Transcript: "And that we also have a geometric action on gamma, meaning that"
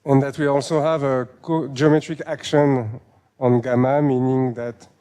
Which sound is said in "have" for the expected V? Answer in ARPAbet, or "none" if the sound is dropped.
V